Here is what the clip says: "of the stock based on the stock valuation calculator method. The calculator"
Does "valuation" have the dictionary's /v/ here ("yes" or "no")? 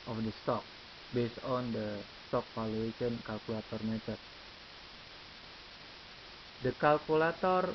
no